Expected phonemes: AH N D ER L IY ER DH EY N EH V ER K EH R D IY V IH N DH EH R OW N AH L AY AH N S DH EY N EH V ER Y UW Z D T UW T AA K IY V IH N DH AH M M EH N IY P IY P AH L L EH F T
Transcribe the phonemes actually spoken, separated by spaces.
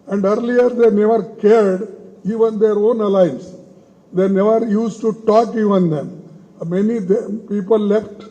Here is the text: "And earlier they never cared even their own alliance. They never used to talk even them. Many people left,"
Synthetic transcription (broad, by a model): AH N D ER L IY ER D EY N EH V ER K EH R D IY V IH N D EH R OW N AH L AY AH N S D EY N EH V ER Y UW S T T UW T AA K IY V IH N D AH M M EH N IY P IY P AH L L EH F T